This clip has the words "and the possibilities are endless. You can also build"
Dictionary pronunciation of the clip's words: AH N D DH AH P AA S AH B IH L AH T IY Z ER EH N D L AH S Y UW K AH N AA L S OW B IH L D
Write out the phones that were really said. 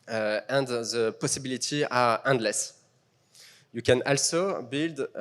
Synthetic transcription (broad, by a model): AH N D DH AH P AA S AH B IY L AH T IY AA EH N D L AH S Y UW K AH N AA L S OW B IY L D